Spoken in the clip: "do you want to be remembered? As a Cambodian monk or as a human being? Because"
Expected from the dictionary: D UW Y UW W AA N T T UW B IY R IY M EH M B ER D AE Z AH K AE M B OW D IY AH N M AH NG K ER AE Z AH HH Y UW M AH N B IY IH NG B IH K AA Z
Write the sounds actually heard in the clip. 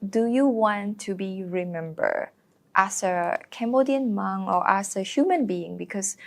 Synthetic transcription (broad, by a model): D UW Y UW W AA N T T UW B IY R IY M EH M B ER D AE S AH K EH M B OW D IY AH N M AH NG AO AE S AH HH Y UW M AH N B IY IH NG B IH K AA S